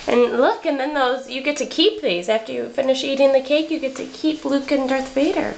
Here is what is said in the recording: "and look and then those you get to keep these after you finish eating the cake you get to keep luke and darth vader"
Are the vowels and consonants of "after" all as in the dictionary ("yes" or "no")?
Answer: yes